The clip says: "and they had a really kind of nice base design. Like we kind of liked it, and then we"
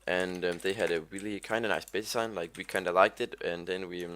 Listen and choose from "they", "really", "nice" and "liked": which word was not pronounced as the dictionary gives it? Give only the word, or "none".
none